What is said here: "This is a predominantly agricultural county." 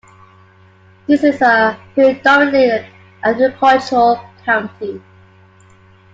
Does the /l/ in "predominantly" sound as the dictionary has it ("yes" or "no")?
no